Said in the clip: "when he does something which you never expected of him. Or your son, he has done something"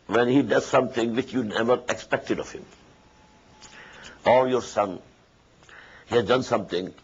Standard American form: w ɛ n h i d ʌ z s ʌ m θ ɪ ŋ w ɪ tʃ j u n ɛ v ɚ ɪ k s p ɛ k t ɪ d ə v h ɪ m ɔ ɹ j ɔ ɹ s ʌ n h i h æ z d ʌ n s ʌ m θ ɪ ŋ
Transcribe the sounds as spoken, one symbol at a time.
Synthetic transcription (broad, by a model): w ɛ n h i d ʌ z s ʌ m t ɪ ŋ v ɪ tʃ j u n ɛ v ɚ ɪ k s p ɛ k t ɪ d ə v h ɪ m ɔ l j ɔ ɹ s ʌ n h i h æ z d ʌ n s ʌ m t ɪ ŋ